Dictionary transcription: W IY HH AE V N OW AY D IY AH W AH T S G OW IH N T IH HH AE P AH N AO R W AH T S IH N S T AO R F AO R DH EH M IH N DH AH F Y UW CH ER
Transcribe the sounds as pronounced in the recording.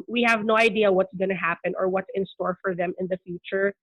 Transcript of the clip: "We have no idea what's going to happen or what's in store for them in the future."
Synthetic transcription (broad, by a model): W IY HH AE V N OW AY D IY AH W AH T S G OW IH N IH HH AE P AH N AO R W AH T S IH N S T AO R F AO R DH EH M IH N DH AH F Y UW CH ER